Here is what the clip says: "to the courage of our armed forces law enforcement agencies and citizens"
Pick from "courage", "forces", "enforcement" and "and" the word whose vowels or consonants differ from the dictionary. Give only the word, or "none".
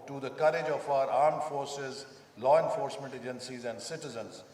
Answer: none